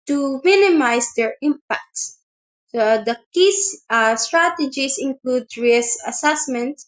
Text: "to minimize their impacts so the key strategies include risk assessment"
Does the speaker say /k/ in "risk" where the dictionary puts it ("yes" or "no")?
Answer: no